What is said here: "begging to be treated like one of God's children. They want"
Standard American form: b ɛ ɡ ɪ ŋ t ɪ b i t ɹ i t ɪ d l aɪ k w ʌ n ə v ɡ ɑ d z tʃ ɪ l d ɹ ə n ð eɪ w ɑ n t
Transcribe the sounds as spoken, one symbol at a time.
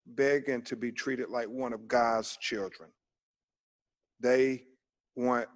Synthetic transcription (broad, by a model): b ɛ ɡ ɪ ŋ t ɪ b i t ɹ i t ɪ d l aɪ k w ʌ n ə v ɡ ɑ d z tʃ ɪ l d ɹ ə n ð eɪ w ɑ n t